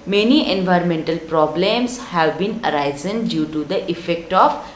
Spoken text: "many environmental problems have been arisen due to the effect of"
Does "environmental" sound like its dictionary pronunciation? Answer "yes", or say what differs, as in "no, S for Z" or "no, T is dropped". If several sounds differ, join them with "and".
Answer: yes